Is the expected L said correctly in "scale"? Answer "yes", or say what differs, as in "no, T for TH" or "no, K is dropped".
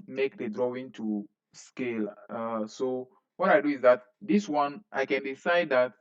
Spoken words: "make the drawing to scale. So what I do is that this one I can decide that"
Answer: yes